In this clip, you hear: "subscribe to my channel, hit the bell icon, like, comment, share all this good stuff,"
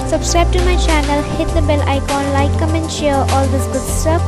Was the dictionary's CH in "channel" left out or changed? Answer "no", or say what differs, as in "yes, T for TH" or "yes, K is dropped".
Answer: no